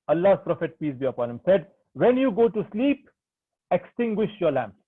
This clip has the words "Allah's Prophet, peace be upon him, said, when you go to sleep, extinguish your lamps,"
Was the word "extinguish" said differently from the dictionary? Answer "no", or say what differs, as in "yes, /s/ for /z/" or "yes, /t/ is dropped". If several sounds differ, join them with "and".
no